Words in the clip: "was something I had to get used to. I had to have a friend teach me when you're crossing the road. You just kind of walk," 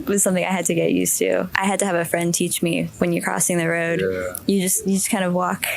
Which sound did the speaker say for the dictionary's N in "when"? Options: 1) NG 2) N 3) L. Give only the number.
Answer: 2